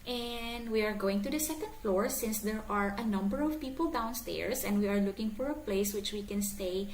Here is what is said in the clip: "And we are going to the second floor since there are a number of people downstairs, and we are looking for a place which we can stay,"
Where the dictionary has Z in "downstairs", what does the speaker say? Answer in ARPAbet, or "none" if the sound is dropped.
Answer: S